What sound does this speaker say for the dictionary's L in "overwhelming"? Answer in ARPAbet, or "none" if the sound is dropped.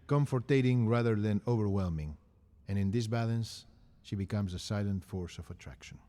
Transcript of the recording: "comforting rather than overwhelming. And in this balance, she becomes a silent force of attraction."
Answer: L